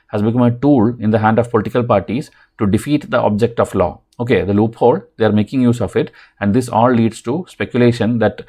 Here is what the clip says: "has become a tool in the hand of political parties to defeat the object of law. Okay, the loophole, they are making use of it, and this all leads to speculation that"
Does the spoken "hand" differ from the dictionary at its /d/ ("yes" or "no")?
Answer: no